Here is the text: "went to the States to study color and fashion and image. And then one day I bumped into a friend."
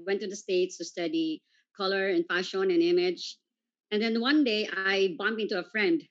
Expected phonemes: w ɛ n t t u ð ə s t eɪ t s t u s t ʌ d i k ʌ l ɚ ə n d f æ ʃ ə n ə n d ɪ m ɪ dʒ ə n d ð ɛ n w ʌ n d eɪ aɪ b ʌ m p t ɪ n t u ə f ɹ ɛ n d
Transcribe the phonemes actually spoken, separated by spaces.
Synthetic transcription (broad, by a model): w ɛ n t t u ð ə s t eɪ t s t u s t ʌ d i k ʌ l ɚ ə n f æ ʃ ə n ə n ɪ m ɪ dʒ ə n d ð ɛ n w ʌ n d eɪ aɪ b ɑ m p ɪ n t u ə f ɹ ɛ n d